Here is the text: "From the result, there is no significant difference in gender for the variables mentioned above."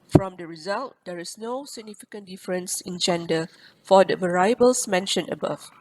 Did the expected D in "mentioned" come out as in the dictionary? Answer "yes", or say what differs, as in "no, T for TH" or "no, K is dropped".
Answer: no, D is dropped